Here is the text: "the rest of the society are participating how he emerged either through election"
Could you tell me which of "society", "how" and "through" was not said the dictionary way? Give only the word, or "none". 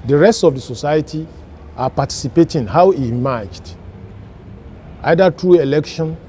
through